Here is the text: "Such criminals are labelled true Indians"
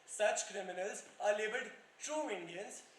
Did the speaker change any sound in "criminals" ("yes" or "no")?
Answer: no